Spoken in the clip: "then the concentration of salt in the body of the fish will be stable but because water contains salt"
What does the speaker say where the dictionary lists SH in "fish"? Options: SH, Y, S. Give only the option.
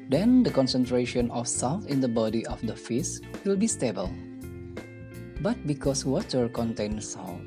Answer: S